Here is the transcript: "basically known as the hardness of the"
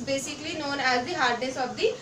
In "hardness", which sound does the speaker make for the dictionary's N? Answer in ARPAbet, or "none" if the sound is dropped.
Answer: none